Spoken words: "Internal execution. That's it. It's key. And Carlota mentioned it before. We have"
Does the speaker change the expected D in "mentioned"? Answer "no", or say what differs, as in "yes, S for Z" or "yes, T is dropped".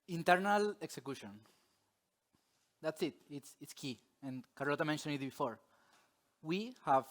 yes, D is dropped